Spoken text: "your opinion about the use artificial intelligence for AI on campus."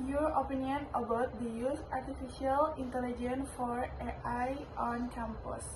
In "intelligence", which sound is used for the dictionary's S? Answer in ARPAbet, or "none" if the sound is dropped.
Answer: none